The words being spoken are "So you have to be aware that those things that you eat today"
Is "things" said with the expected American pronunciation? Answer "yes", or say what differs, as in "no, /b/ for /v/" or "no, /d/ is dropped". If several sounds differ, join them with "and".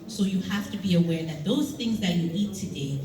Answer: yes